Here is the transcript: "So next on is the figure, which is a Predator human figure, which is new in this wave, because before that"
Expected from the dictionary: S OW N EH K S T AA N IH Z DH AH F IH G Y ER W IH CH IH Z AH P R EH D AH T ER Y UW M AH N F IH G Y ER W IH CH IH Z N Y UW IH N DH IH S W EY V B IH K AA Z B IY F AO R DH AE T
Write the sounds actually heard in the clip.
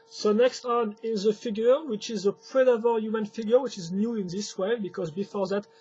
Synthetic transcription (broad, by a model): S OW N EH K S T AA N IH Z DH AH F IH G Y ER W IH CH IH Z AH P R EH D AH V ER Y UW M AH N F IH G Y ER W IH CH IH Z N Y UW IH N DH IH S W EY B IH K AA Z B IY F AO R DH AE T